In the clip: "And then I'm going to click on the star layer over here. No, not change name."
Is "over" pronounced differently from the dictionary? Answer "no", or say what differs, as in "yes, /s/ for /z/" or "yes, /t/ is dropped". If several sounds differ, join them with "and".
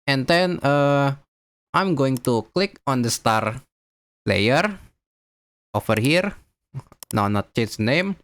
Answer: yes, /f/ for /v/